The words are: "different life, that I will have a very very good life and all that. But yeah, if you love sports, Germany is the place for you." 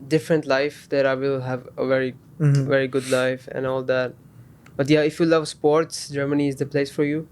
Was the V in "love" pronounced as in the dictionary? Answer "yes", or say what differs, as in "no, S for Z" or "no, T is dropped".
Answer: yes